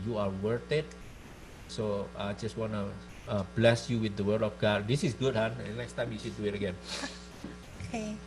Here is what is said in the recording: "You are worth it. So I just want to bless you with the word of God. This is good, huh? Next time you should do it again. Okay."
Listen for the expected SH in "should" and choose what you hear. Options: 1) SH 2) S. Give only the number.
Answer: 2